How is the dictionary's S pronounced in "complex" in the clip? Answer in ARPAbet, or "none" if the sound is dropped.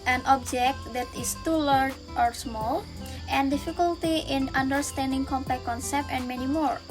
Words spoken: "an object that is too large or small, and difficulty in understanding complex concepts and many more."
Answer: none